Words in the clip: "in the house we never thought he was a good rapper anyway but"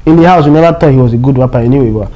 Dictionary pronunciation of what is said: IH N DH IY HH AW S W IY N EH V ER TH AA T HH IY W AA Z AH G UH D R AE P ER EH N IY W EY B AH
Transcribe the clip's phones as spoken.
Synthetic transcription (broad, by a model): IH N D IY HH AW S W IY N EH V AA T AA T HH IY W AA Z AH G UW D W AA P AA EH N IY W EY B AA